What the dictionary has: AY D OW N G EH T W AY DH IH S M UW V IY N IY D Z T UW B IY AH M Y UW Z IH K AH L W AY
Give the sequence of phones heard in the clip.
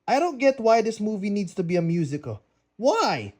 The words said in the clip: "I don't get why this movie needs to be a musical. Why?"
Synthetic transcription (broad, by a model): AY D OW N G EH T W AY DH IH S M UW V IY N IY D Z T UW B IY AH M Y UW Z IH K AH L W AY